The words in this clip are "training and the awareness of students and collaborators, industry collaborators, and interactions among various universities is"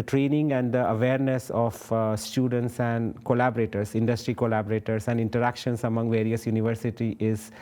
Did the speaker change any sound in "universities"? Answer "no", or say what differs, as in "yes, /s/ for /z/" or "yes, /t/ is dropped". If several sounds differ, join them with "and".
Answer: yes, /z/ is dropped